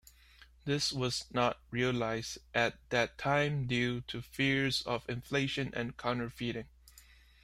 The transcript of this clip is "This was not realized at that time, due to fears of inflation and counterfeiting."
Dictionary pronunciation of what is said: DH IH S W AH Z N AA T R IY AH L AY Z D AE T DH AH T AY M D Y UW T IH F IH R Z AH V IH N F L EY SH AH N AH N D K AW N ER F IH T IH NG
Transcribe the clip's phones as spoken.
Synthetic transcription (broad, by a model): DH IH S W AH Z N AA T R IY AH L AY Z D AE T DH AH T AY M D Y UW T IH F IH R Z AH V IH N F L EY SH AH N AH N K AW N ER F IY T IH NG